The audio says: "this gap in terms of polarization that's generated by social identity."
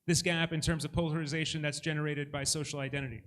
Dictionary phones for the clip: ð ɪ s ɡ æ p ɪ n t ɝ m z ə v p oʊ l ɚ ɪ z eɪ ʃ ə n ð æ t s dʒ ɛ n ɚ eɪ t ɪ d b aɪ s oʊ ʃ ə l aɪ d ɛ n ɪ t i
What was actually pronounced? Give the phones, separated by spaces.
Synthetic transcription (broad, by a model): ð ɪ s ɡ æ p ɪ n t ɝ m z ə v p oʊ l ɚ ɪ z eɪ ʃ ə n ð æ t s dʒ ɛ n ɚ eɪ t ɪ d b aɪ s oʊ ʃ l aɪ d ɛ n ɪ t i